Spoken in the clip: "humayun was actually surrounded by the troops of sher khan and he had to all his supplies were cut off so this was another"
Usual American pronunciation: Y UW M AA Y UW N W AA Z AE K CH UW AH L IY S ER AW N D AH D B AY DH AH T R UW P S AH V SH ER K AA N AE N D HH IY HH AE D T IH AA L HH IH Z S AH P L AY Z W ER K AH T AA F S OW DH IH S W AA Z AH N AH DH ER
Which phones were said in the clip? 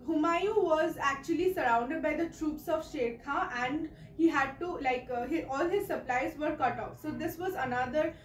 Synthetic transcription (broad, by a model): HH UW M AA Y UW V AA Z AE K CH UW AH L IY S ER AW N D AH D B AY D AH T R UW P S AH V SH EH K AA AE N D HH IY HH AE D T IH AA L HH IH Z S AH P L AY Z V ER K AH T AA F S OW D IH S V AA Z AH N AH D ER